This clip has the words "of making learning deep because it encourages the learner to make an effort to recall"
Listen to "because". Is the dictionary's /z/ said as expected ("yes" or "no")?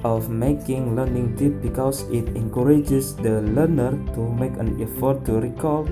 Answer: no